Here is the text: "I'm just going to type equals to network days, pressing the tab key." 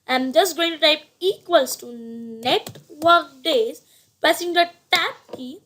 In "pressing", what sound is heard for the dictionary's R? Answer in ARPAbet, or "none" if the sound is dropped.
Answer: none